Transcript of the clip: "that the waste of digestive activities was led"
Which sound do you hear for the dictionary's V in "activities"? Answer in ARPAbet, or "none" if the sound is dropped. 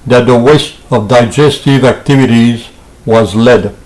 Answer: V